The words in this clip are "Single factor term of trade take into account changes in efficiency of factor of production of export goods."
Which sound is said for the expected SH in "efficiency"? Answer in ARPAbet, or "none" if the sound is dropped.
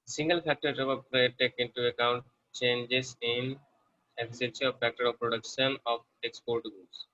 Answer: S